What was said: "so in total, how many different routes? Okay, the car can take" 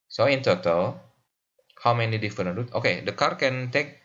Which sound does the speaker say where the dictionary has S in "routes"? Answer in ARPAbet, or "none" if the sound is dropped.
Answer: none